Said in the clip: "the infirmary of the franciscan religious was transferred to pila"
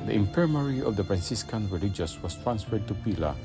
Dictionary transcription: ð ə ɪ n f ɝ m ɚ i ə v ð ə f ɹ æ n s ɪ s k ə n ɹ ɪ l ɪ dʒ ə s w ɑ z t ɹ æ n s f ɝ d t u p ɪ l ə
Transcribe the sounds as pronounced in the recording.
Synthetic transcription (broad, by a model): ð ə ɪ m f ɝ m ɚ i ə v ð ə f ɹ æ n s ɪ s k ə n ɹ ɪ l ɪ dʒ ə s w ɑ s t ɹ æ n s f ɝ d t u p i l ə